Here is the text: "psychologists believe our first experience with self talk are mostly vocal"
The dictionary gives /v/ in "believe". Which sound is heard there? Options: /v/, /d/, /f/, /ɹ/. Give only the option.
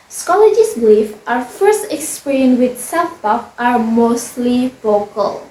/f/